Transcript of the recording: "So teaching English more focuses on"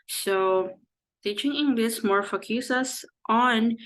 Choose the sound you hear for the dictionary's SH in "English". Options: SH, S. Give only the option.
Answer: S